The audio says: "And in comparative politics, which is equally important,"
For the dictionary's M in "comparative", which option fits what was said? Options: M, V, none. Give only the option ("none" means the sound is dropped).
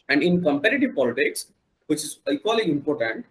M